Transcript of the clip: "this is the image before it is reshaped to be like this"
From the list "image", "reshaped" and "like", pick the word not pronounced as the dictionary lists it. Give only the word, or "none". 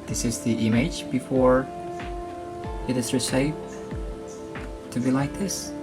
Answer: reshaped